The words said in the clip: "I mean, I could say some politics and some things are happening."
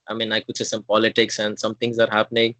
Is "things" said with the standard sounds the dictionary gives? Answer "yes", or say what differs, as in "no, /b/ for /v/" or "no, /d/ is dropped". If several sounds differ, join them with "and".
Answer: no, /t/ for /θ/